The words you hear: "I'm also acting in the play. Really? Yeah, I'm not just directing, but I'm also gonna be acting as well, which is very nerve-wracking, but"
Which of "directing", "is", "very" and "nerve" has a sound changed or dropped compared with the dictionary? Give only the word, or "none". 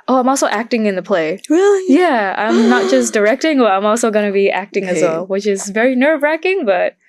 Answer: none